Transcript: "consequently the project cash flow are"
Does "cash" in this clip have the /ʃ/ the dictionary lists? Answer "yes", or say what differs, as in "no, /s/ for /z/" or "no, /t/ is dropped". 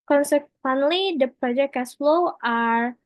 no, /s/ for /ʃ/